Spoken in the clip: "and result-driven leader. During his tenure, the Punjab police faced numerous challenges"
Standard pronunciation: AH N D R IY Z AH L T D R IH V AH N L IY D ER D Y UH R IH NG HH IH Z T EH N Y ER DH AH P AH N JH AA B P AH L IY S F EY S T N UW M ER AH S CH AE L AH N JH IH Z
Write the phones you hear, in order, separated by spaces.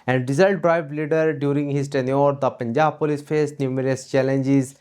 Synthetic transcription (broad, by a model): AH N D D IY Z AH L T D R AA AH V L IY D ER D Y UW R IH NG HH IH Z T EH N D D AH P AH N JH AA B P AH L IY S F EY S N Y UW M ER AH S CH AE L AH N JH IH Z